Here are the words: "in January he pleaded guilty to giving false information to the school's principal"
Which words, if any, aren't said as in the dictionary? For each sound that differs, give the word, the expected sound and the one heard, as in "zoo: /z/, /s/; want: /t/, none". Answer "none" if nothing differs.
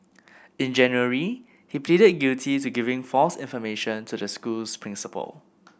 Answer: school's: /z/, /s/